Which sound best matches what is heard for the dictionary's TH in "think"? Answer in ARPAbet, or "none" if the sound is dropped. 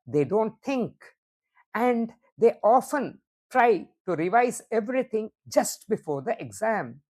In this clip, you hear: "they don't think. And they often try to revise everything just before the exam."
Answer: T